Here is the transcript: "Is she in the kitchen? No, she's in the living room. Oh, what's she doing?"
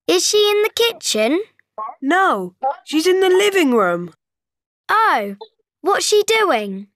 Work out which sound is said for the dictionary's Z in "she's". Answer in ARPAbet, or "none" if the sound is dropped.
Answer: Z